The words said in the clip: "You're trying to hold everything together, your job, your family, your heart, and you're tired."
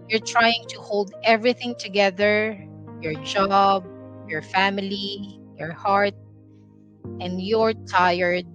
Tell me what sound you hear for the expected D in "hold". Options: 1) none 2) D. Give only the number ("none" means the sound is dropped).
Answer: 2